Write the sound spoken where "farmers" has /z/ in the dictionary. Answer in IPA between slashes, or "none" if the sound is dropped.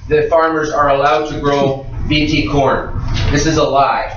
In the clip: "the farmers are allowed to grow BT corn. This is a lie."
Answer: /z/